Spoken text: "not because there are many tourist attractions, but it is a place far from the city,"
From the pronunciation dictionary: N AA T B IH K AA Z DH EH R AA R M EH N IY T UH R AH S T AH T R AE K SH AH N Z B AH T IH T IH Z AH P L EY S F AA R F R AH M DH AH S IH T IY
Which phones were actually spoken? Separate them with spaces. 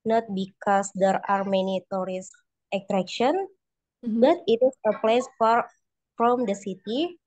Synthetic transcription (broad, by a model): N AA T B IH K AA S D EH R AA R M EH N IY T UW R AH S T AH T R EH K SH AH N B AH T IH T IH S AH P L EY S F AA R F R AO M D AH S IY T IY